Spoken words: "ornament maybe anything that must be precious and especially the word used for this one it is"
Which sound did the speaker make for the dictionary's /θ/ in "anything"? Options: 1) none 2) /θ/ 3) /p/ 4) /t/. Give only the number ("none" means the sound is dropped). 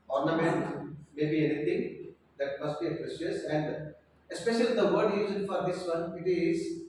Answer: 4